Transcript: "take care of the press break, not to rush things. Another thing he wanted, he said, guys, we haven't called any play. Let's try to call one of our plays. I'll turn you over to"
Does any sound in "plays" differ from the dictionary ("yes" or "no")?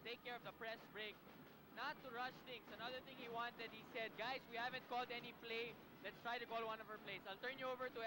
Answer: yes